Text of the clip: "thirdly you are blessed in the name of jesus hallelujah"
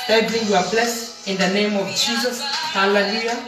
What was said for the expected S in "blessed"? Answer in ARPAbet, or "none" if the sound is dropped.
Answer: S